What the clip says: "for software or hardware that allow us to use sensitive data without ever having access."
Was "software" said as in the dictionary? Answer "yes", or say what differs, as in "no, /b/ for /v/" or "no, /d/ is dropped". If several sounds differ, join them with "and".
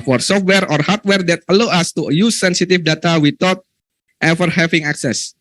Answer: yes